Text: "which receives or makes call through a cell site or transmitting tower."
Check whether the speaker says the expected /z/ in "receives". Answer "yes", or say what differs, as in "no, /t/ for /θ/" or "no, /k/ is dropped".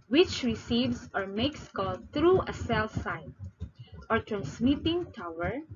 no, /s/ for /z/